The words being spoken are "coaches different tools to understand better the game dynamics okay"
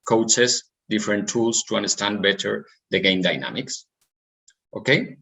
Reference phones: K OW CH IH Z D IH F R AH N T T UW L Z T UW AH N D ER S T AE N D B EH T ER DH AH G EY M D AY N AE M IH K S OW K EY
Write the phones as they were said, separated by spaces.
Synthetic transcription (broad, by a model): K OW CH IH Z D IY F R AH N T T UW L S T UW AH N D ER S T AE N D B EH T ER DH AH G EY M D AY N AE M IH K S OW K EY